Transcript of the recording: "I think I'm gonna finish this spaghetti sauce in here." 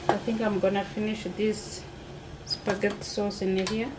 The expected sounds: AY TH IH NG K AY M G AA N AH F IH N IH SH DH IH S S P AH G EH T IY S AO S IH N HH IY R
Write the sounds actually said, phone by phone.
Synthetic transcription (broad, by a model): AY TH IH NG K AY M G AA N AH F IH N IH SH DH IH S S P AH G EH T S AO S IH N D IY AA